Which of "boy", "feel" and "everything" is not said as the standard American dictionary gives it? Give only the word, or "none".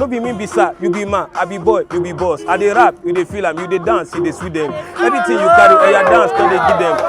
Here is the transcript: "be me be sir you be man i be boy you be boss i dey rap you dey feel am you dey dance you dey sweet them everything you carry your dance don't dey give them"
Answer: everything